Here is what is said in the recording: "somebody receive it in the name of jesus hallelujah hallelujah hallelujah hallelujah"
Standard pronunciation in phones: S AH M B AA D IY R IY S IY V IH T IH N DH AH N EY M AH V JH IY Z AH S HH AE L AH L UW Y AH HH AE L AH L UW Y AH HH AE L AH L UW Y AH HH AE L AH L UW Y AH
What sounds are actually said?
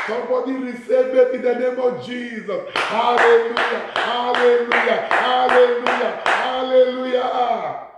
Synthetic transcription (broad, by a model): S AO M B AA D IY R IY S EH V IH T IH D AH N EY M AH V JH IY Z AH S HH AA L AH L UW Y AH HH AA L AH L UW Y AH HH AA L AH L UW Y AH HH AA L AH L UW Y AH